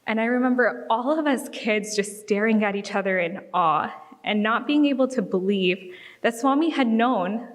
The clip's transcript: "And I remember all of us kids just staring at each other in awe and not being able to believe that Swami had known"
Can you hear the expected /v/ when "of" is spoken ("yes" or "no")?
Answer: yes